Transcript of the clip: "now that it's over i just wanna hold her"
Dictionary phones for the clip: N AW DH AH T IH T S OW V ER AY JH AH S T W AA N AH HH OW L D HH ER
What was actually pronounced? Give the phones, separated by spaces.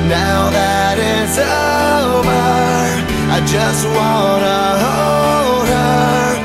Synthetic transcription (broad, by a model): N AW DH AH T IH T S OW B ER AY JH AH S T W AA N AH HH OW L D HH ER